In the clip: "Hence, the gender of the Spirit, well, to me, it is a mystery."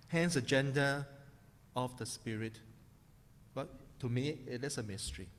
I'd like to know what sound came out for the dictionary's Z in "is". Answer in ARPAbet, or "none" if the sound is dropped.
S